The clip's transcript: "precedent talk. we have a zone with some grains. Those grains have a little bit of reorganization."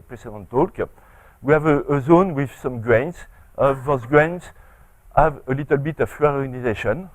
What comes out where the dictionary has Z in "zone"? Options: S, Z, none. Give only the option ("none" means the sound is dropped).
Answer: Z